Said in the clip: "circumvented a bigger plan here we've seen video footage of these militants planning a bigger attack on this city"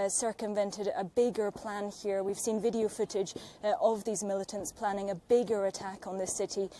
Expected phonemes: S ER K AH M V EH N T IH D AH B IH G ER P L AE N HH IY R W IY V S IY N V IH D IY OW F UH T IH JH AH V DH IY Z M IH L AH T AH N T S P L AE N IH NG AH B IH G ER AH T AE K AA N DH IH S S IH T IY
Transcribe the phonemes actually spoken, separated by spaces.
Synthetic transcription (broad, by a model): S ER K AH M V EH N T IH D AH B IH G ER P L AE N HH IY R W IY V S IY N V IH D IY OW F UH T IH JH AH V DH IY Z M IH L AH T AH N T S P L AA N IH NG AH B IH G ER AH T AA K N DH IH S S IH T IY